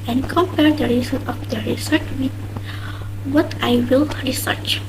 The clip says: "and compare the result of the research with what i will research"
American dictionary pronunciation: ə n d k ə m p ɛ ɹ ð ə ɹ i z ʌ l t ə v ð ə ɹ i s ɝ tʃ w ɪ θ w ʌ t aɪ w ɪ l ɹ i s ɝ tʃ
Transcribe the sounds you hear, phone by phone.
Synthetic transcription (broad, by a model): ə n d k ə m p ɛ ɹ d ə ɹ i s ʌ t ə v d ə ɹ i s ɝ tʃ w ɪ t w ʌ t aɪ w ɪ l ɹ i s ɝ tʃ